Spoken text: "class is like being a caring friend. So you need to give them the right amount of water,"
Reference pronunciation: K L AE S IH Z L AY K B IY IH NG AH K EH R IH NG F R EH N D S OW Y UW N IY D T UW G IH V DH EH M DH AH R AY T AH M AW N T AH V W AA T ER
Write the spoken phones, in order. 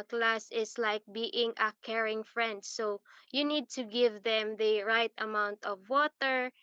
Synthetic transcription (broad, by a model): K L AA S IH S L AY K B IY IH NG AH K EH R IH NG F R EH N D S OW Y UW N IY D T UW G IH V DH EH M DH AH R AY T AH M AW N T AH V W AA T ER